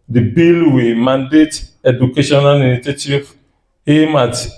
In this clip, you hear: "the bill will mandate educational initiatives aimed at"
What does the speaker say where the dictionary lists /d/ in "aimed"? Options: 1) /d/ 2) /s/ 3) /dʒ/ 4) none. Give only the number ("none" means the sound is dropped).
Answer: 4